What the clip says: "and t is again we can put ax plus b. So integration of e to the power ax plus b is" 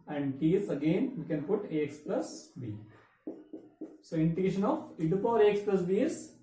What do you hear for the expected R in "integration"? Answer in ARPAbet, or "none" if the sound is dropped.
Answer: none